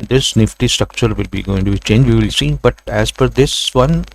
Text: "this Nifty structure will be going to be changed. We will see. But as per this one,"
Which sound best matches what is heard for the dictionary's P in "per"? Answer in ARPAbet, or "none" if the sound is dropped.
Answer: F